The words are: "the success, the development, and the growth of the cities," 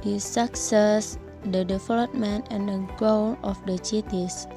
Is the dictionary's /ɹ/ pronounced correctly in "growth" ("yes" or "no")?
no